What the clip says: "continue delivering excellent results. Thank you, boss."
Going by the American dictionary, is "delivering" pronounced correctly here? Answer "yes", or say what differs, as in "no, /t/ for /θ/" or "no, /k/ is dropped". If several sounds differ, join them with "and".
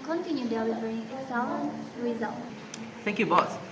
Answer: no, /w/ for /l/